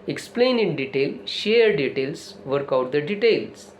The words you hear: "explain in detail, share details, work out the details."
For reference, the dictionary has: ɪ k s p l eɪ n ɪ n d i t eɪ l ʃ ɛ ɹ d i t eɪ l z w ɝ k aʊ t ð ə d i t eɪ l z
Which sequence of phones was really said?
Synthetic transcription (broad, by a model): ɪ k s p l eɪ n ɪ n d i t eɪ l ʃ ɛ ɹ d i t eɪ l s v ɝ k aʊ t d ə d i t eɪ l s